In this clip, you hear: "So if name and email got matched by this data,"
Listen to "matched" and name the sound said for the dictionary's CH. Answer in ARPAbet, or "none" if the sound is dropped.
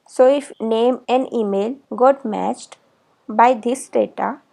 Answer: CH